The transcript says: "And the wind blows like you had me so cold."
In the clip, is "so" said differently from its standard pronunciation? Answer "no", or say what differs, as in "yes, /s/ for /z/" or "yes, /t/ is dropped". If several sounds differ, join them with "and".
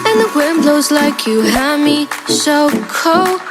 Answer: yes, /ʃ/ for /s/